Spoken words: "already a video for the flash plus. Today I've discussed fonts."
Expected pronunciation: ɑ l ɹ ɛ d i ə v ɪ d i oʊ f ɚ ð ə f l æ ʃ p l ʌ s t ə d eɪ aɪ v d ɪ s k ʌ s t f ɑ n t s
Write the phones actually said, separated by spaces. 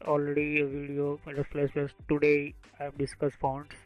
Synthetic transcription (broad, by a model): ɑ l ɹ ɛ d i ə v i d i oʊ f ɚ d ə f l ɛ s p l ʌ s t ə d eɪ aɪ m d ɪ s k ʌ s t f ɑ n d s